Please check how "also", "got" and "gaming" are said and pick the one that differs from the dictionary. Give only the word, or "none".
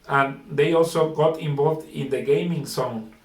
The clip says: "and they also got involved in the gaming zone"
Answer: none